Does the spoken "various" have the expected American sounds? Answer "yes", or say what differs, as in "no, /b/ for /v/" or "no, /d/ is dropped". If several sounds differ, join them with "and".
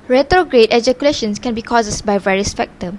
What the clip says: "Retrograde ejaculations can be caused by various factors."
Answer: yes